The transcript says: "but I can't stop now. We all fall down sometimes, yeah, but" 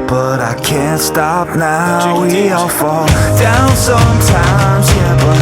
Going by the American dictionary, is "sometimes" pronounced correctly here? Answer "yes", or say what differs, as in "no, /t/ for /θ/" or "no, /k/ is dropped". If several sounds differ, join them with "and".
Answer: yes